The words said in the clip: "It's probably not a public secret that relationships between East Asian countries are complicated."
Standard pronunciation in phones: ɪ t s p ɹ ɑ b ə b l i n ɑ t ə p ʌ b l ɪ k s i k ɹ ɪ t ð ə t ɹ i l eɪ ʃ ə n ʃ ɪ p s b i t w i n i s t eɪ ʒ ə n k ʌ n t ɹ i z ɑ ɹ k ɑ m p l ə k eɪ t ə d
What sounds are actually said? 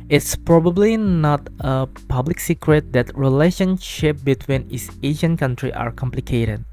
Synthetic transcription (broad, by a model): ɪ t s p ɹ ɑ b ə b l i n ɑ t ə p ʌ b l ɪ k s i k ɹ ɪ t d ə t ɹ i l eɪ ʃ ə n ʃ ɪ p b i t w i n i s eɪ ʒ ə n k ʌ n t ɹ i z ɑ ɹ k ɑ m p l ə k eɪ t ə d